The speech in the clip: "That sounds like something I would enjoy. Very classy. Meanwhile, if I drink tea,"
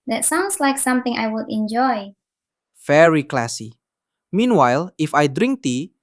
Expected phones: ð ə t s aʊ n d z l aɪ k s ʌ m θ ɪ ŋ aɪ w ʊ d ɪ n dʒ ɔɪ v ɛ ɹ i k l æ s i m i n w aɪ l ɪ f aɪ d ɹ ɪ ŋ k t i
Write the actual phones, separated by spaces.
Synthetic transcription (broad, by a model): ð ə t s aʊ n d s l aɪ k s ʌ m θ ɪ ŋ aɪ w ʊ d ɪ n dʒ ɔɪ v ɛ ɹ i k l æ s i m i n w aɪ l ɪ f aɪ d ɹ ɪ ŋ k t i